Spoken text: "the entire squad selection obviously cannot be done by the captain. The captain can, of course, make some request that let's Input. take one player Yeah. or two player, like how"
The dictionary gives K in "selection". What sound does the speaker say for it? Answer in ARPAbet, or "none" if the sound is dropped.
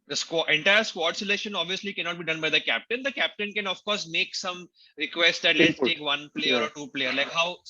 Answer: none